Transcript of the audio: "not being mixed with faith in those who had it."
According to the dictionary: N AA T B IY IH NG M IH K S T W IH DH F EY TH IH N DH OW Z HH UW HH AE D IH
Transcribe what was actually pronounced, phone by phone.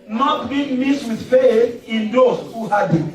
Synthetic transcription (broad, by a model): N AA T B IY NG M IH S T W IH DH F EY TH IH N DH OW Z HH UW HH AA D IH